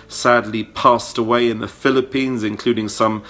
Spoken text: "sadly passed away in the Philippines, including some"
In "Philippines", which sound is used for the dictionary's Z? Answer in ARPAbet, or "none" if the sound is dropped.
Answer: Z